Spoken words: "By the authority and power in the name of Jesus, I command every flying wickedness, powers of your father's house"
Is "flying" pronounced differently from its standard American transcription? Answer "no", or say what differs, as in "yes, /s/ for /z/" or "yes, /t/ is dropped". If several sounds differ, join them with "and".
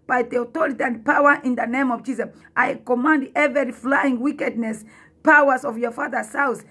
no